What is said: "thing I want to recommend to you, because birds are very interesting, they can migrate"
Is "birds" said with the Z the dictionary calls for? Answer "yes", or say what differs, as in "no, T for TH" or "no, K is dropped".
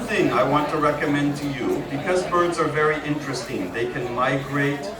yes